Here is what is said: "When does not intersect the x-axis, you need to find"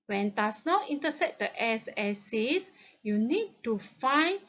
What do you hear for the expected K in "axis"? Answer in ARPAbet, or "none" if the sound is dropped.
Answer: none